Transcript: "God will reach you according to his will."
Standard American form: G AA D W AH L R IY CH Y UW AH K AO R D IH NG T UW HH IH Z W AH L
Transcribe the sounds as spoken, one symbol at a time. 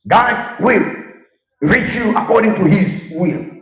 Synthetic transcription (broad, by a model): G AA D W AH L R IY CH Y UW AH K AO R D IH NG T UW HH IH Z W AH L